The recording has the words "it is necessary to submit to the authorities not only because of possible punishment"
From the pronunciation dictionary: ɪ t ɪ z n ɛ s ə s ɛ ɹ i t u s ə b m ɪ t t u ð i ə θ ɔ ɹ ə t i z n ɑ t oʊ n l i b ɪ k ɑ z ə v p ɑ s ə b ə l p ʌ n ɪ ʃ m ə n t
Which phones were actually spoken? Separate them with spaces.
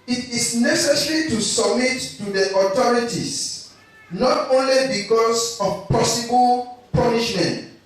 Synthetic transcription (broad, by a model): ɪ t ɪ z n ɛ s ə s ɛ ɹ i t u s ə b m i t t u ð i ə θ ɔ ɹ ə t i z n ɑ t oʊ n l i b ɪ k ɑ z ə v p ɑ s ə b ə l p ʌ n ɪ ʃ m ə n t